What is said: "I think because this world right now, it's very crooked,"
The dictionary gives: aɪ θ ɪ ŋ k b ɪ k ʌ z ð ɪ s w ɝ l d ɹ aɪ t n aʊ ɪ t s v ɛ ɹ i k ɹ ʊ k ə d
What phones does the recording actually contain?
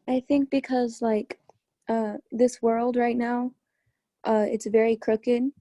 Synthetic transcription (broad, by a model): aɪ θ ɪ ŋ k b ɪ k ʌ z ð ɪ s w ɝ l d ɹ aɪ t n aʊ ɪ t s v ɛ ɹ i k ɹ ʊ k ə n